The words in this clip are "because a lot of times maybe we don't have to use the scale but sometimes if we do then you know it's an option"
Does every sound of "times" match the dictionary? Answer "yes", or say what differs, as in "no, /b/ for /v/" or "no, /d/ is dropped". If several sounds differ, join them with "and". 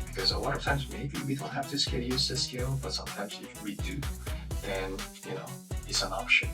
yes